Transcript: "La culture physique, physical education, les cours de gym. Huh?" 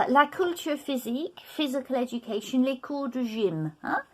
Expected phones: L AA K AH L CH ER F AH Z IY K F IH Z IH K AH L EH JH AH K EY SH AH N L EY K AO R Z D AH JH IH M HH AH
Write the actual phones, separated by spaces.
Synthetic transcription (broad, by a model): L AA K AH L CH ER F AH Z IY K F IH Z IH K AH L EH JH AH K EY SH AH N L EY K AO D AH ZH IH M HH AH